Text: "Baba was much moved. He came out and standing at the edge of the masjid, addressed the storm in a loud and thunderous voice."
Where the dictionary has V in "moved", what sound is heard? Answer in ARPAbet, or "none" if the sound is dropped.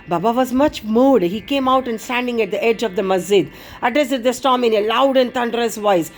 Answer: none